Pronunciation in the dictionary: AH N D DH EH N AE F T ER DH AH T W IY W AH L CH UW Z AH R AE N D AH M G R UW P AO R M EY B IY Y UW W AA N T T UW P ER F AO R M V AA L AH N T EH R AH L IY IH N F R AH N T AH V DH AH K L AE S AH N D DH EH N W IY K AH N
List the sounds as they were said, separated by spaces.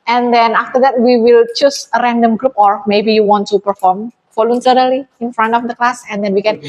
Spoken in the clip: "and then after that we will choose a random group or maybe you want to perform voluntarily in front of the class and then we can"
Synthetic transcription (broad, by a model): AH N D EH N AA F T ER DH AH T W IY W AH L CH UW S AH R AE N D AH M G R UW P AO R M EY B IY Y UW W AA N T T UW P ER F AO R M F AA L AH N S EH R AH L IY IH N F R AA N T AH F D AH K L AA S AH N D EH N W IY K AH N